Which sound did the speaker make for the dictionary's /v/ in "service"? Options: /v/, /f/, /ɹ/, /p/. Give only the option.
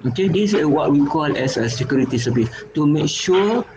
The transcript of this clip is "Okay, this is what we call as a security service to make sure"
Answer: /p/